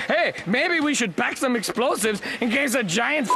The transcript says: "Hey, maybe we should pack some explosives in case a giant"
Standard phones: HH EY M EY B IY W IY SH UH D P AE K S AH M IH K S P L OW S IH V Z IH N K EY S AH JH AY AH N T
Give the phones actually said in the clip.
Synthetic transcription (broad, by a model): HH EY M EY B IY W IY SH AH D B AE K S AH M IH K S P L OW S IH V Z IH N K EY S AH JH AY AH N T